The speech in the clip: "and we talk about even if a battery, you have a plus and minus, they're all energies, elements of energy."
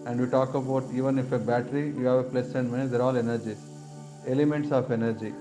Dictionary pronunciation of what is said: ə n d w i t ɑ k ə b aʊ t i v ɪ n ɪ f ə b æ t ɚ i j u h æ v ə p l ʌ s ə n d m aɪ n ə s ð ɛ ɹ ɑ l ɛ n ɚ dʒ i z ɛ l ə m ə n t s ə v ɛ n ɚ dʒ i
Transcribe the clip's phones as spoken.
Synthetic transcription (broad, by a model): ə n d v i t ɑ k ə b aʊ t i v ɪ n ɪ f ə b æ t ɚ i j u h æ v ə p l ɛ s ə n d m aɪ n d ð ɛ ɹ ɑ l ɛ n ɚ dʒ i ɛ l ə m ə n t s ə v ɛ n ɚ dʒ i